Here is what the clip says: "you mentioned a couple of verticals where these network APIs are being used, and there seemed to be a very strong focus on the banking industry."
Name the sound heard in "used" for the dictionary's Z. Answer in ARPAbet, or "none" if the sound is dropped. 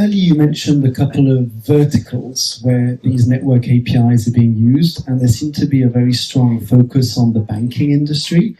Z